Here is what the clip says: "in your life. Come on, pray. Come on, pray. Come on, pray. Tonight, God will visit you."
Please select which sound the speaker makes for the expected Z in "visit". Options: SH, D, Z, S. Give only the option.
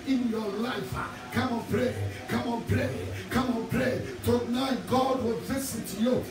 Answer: S